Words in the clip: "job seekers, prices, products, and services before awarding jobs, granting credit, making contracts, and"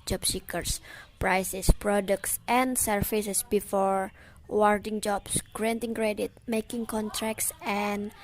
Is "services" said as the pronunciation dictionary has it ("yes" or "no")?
no